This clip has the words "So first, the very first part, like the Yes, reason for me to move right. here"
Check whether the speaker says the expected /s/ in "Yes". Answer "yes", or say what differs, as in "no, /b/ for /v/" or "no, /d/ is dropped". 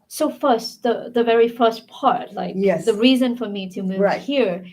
no, /s/ is dropped